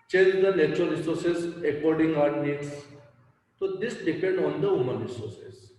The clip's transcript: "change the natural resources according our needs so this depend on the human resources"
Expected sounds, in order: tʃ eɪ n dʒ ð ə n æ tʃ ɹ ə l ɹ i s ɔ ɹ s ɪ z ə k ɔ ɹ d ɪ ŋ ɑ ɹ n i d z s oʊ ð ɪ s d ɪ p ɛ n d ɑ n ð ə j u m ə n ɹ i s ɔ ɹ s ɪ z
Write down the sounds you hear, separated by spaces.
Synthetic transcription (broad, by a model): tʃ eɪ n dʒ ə n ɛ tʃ ə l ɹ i s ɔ ɹ s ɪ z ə k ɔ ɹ d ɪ ŋ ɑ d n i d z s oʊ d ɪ s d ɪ p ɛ n d ɑ n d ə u m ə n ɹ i s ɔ ɹ s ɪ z